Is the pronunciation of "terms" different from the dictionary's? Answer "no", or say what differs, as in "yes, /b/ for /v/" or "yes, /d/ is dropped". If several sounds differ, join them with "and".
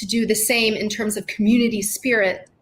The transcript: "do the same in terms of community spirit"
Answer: no